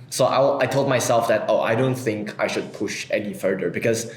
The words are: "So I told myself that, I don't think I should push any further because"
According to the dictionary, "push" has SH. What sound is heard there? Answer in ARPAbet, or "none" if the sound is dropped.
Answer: SH